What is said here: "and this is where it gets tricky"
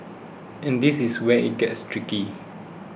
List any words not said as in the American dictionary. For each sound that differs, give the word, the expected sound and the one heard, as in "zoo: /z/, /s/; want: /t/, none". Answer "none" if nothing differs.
is: /z/, /s/